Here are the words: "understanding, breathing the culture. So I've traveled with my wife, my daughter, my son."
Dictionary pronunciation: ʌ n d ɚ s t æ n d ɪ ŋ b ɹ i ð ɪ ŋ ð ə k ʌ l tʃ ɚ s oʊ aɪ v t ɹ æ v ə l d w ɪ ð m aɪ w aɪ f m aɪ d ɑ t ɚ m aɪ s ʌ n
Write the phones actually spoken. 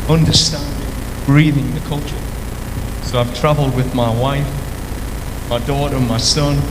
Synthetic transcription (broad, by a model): ʌ n d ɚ s t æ n d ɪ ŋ b ɹ i ð ɪ ŋ ð ə k ʌ l tʃ ɚ s oʊ aɪ v t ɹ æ v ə l d w ɪ ð m aɪ w aɪ f m aɪ d ɑ t ɚ m aɪ s ʌ n